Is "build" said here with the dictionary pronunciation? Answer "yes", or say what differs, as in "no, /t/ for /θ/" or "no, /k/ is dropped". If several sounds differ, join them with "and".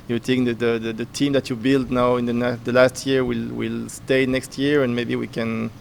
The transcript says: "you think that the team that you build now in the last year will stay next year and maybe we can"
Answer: yes